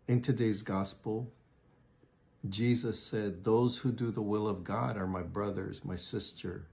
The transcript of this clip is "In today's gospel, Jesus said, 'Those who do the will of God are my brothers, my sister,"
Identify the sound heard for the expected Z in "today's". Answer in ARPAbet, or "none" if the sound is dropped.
Z